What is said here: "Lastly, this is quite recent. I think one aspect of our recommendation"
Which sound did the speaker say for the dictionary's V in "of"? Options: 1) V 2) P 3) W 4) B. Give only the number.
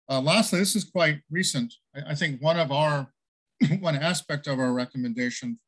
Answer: 1